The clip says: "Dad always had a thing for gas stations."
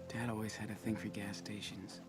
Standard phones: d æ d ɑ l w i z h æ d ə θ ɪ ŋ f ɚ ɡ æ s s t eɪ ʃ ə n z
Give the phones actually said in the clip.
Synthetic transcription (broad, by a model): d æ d ɑ l w i z h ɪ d ə θ ɪ ŋ f ɚ ɡ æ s s t eɪ ʃ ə n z